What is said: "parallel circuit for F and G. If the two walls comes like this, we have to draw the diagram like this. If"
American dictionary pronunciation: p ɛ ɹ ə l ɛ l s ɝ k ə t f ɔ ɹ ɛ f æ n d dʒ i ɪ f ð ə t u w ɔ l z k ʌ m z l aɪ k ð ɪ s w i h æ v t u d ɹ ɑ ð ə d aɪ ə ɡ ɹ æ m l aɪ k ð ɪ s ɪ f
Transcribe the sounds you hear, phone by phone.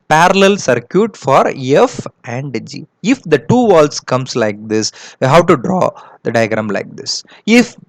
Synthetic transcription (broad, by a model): p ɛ ɹ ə l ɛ l s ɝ k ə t f ɔ ɹ ɛ f æ n d dʒ i ɪ f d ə t u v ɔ l s k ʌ m s l aɪ k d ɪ s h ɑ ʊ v t u d ɹ ɑ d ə d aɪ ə ɡ ɹ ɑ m l aɪ k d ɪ s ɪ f